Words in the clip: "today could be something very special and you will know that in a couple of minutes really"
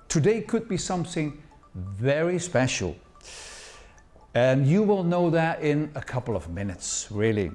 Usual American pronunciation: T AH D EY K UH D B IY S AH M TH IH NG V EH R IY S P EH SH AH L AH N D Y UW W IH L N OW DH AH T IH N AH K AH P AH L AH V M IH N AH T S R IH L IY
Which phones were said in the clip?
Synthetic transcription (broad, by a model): T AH D EY K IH D B IY S AH M TH IH NG V EH R IY S P EH SH L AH N Y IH W IH L N OW DH AH T IH N AH K AH P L AH V M IH N AH T S R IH L IY